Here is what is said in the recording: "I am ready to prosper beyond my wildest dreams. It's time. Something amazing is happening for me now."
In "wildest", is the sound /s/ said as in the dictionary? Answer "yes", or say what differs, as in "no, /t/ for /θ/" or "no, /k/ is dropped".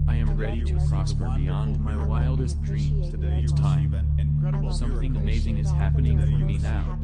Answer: yes